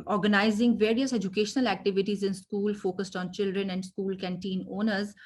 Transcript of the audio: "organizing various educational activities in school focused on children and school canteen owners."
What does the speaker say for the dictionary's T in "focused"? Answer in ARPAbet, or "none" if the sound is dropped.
T